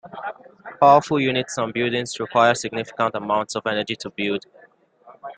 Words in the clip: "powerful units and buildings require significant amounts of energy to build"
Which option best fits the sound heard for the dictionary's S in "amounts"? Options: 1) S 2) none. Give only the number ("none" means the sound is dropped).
1